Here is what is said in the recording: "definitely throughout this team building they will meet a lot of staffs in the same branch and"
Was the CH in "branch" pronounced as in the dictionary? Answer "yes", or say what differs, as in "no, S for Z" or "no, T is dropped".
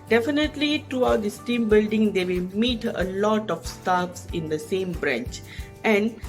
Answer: yes